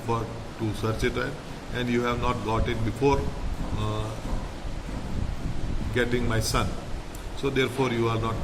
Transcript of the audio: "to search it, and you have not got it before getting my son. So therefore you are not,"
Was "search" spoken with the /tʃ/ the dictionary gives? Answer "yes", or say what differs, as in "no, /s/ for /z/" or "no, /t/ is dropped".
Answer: yes